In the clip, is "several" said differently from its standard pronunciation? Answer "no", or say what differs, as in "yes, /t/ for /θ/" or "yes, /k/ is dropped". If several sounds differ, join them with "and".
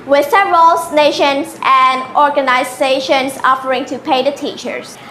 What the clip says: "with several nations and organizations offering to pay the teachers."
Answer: yes, /v/ is dropped